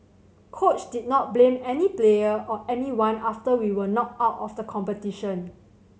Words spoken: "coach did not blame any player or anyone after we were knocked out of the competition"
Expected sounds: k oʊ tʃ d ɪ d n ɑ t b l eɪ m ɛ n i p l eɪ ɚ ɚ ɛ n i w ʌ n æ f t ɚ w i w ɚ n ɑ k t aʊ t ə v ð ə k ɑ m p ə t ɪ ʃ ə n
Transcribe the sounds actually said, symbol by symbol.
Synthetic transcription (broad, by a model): k oʊ tʃ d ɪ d n ɑ t b l eɪ m ɛ n i p l eɪ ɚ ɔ ɛ n i w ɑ n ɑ f t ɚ w i w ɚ n ɑ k aʊ t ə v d ə k ɑ m p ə t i ʃ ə n